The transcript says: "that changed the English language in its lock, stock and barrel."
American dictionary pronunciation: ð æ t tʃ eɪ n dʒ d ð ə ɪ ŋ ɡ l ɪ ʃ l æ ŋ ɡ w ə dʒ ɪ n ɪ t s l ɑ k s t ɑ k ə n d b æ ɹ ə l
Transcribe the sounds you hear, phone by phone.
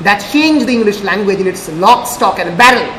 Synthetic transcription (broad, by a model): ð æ t tʃ eɪ n dʒ d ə ɪ ŋ ɡ l ɪ ʃ l æ ŋ ɡ w ə dʒ ɪ n ɪ t s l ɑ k s t ɑ k ə n d b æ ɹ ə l